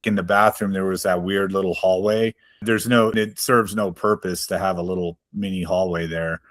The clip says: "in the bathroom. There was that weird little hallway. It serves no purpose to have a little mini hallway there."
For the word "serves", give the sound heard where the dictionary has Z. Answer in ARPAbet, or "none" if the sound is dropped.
Z